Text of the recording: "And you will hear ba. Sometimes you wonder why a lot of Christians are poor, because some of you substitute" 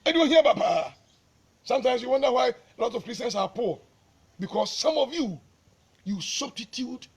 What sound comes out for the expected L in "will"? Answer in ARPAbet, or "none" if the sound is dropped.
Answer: N